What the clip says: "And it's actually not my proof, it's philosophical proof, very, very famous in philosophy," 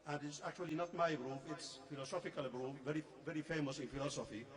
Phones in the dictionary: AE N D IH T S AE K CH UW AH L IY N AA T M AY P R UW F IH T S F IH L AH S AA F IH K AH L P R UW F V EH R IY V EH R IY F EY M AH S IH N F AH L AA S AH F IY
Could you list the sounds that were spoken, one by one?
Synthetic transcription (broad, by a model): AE N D IH T S AE K CH UW AH L IY N AA T M AY B R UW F IH T S F IH L AH S AA F IH K AH L B R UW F V EH R IY V EH R IY F EY M AH S IH N F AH L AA S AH F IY